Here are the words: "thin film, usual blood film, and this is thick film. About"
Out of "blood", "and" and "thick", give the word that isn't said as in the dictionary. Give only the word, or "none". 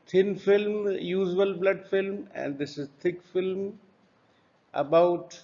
thick